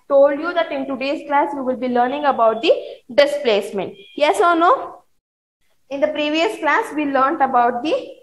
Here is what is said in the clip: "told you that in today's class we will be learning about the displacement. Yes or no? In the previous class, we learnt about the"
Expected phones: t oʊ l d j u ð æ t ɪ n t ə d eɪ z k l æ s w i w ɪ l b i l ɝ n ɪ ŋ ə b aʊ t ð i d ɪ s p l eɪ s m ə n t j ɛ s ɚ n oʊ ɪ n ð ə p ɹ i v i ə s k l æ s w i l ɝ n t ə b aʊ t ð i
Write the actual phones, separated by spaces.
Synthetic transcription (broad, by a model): t oʊ l d j u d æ t ɪ n t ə d eɪ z k l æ s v i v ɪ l b i l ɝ n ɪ ŋ ə b aʊ t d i d ɪ s p l eɪ s m ə n t j ɛ s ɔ n oʊ ɪ n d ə p ɹ i v i ə s k l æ s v i l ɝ n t ə b aʊ t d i